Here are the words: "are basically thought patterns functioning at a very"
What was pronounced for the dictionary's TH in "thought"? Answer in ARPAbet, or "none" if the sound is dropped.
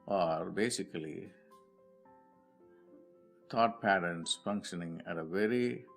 T